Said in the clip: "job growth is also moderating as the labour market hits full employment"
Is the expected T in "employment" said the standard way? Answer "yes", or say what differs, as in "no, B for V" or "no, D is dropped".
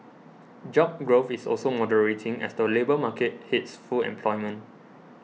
no, T is dropped